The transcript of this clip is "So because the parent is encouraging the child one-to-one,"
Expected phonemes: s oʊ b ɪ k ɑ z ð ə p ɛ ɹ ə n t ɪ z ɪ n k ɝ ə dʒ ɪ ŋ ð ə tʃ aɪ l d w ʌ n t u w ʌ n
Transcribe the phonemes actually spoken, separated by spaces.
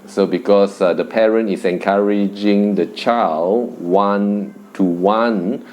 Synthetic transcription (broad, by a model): s oʊ b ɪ k ɑ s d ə p ɛ ɹ ə n t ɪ s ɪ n k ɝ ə dʒ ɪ ŋ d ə tʃ aɪ l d w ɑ n t u w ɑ n